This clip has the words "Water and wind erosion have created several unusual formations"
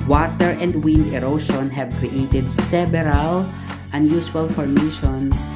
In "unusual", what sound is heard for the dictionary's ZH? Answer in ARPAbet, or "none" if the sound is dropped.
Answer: S